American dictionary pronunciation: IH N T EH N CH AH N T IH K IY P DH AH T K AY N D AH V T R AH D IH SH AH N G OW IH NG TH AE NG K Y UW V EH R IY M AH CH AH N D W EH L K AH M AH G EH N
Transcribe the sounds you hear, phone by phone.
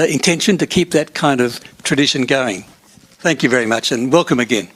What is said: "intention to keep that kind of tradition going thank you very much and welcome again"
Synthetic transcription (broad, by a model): IH N T EH N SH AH N T IH K IY P DH AH T K AY N D AH V T R AH D IH SH AH N G OW IH NG TH AE NG K Y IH V EH R IY M AH CH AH N W EH L K AH M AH G EH N